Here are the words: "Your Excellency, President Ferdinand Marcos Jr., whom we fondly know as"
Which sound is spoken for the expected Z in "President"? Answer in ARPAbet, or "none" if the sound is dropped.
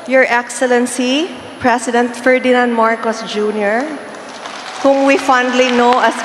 S